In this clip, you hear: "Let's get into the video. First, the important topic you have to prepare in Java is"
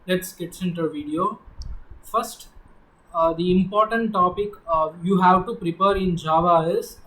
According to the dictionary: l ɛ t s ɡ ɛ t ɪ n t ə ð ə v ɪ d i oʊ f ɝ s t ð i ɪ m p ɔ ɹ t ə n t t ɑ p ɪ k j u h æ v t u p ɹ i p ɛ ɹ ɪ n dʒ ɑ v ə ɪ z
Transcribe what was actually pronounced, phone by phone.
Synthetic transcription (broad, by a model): l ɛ t s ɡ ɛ t ɪ n t ə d v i d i oʊ f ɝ s t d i ɪ m p ɔ ɹ t ə n t t ɑ p ɪ k j u h æ v t u p ɹ i p ɛ ɹ ɪ n dʒ ɑ v ə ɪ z